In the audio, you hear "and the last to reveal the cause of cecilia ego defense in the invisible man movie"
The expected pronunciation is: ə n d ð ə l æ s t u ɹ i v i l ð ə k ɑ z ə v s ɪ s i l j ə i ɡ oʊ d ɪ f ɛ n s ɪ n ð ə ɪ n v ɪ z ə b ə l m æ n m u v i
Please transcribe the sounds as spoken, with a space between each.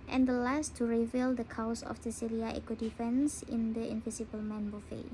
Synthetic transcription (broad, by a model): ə n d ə l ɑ s t u ɹ i v i l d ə k ɑ s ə f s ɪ s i l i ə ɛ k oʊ d ɪ f ɛ n s ɪ n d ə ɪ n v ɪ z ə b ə l m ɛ n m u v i